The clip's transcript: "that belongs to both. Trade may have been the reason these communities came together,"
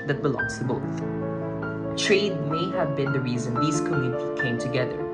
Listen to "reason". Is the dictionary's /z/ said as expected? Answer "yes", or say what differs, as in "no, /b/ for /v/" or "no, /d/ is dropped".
yes